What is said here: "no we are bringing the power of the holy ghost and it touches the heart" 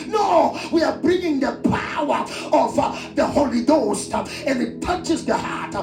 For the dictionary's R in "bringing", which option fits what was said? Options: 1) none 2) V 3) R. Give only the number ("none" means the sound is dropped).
3